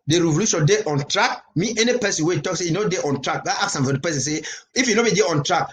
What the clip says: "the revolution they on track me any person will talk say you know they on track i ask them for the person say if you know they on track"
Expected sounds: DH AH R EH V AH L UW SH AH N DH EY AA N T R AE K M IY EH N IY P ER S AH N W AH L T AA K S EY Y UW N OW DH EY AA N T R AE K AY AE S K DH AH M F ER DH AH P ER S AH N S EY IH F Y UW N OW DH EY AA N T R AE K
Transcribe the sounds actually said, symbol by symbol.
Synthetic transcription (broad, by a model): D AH R EH V AH L UW SH AH N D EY AA N T R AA K M IY EH N IY P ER S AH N W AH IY T AA K S EY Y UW N OW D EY AA N T R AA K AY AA K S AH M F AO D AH P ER S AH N S EY IH F Y UW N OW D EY AA N T R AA K